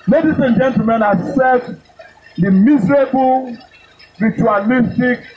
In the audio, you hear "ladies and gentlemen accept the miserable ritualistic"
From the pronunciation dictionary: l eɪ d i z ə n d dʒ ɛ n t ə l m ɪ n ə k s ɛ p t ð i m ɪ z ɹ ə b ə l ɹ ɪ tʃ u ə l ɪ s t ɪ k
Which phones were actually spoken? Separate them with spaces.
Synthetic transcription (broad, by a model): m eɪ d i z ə n dʒ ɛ n t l m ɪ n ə s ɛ t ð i m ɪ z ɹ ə b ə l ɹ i tʃ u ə l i s t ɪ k